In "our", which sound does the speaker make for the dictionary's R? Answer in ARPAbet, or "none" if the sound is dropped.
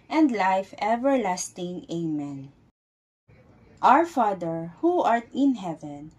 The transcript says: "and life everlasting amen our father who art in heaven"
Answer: R